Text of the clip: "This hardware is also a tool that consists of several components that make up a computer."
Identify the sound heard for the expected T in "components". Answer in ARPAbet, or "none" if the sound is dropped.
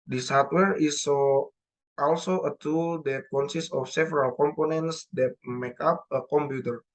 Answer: T